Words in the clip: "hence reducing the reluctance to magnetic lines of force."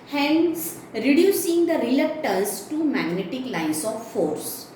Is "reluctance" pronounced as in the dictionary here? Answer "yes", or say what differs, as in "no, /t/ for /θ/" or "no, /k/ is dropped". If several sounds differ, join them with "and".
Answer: no, /l/ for /n/